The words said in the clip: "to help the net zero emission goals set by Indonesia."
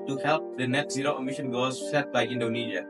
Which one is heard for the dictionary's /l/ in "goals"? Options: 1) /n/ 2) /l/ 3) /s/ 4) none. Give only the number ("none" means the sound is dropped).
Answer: 4